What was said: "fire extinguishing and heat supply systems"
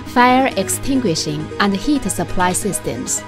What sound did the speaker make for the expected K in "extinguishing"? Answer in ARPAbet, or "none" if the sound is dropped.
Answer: K